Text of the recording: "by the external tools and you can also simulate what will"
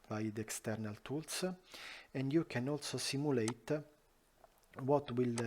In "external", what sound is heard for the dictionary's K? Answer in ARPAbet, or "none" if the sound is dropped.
K